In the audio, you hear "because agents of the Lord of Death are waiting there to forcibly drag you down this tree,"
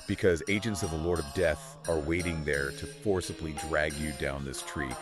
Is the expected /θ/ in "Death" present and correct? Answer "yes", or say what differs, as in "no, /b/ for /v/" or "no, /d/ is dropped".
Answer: yes